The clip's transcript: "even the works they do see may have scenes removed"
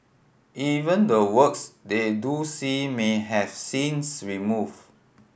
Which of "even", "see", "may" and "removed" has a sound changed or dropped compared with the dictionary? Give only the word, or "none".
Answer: removed